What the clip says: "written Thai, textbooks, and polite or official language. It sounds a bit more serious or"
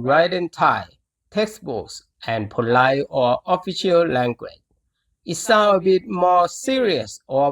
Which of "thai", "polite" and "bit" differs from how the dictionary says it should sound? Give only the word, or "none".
polite